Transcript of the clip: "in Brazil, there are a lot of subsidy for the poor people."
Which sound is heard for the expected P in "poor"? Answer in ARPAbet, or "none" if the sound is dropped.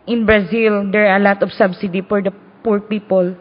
P